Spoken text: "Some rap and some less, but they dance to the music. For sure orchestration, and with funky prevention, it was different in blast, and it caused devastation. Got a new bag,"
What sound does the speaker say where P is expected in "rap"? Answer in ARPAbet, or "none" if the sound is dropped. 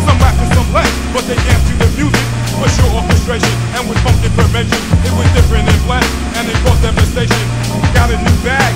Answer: F